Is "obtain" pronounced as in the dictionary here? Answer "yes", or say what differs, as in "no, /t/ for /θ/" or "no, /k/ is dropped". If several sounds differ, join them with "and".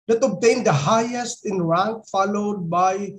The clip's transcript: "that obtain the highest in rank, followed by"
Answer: yes